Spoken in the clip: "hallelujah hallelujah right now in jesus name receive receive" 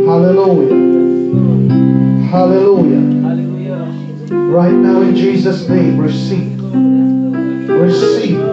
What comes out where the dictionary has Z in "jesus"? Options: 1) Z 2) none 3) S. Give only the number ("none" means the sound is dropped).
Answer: 1